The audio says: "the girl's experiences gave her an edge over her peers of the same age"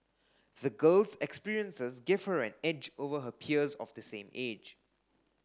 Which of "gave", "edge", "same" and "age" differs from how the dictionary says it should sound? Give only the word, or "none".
none